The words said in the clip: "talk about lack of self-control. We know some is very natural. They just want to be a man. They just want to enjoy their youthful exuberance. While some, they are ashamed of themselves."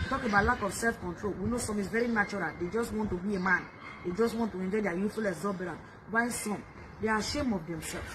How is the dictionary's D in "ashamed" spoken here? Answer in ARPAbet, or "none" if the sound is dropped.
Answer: none